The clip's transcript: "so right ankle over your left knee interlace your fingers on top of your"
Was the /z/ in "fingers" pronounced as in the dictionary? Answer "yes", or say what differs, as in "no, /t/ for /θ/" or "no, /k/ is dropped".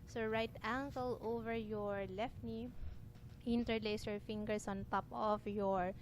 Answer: no, /s/ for /z/